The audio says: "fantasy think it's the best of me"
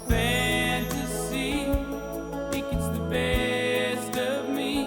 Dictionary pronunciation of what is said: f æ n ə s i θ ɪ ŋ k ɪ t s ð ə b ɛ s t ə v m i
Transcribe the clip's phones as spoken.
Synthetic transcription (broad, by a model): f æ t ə s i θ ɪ k ɪ t s ð ə b ɛ s t ə v m i